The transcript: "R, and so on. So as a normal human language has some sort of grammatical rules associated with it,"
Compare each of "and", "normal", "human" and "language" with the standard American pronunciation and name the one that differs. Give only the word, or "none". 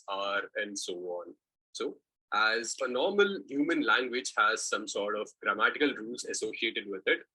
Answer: none